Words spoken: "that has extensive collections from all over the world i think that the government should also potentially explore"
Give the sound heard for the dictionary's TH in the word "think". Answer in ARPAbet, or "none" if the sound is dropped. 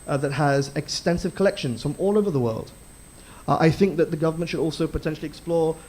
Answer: TH